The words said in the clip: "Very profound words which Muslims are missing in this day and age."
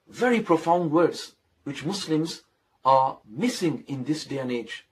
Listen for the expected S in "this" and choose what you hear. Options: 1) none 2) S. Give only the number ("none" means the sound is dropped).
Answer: 2